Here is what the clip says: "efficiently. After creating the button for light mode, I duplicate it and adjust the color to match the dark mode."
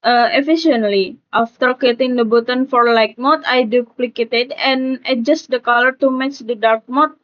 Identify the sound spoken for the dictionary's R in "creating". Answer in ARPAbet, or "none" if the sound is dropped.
none